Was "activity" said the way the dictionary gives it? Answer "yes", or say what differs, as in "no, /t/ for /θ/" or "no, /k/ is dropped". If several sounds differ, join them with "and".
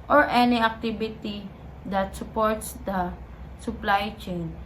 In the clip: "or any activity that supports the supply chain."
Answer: no, /b/ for /v/